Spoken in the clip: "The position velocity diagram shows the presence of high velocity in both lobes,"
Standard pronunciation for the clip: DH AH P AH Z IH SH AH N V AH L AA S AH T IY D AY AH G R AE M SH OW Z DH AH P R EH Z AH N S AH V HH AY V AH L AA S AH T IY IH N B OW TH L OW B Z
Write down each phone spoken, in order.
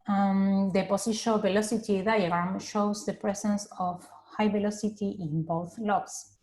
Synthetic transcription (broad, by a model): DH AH P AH S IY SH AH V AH L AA S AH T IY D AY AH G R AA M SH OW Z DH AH P R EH S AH N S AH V HH AY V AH L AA S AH T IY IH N B OW TH L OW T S